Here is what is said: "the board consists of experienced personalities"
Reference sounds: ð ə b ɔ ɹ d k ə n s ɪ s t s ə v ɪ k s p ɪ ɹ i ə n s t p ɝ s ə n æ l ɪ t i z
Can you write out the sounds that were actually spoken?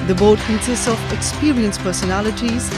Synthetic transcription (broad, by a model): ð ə b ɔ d k ə n s ɪ s t s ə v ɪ k s p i ɹ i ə n s p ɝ s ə n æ l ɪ t i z